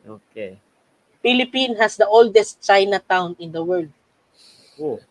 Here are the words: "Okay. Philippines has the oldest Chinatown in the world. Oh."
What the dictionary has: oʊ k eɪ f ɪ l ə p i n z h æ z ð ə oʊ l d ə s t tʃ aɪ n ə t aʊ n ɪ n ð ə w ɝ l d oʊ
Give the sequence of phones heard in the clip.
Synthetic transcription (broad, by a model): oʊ k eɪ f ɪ l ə p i n h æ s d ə oʊ l d ə s t tʃ aɪ n ə t aʊ n ɪ n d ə w ɝ l d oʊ